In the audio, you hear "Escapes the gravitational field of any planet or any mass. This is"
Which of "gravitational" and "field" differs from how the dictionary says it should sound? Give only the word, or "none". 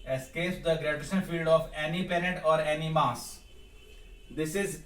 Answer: gravitational